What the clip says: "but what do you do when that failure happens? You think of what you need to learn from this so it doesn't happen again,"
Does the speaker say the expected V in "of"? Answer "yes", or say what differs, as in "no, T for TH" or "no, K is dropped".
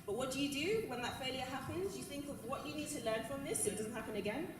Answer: yes